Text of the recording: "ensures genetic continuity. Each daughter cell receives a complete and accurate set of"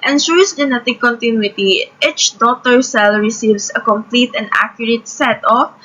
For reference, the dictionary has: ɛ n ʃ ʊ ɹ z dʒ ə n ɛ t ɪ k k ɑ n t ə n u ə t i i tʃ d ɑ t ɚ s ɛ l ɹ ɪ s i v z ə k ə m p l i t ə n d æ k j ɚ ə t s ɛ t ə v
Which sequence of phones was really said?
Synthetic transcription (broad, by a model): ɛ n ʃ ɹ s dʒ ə n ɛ t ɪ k k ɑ n t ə n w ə t i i tʃ d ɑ t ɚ s ɛ l ɹ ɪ s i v s ə k ə m p l i t ə n d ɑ k j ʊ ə t s ɛ t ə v